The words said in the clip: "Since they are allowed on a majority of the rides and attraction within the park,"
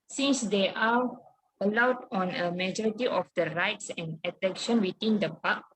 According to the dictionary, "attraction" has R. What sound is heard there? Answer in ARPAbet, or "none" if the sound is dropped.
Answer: none